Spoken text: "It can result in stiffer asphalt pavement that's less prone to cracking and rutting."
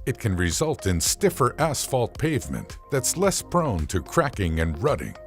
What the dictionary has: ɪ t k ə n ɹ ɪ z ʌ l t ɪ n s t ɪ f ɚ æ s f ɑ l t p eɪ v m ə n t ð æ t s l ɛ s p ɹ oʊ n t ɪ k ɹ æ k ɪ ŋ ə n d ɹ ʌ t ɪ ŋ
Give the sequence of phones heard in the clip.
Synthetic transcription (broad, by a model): ɪ t k ə n ɹ ɪ z ʌ l t ɪ n s t ɪ f ɚ æ s f ɑ l t p eɪ v m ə n ð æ t s l ɛ s p ɹ oʊ n t ɪ k ɹ æ k ɪ ŋ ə n ɹ ʌ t ɪ ŋ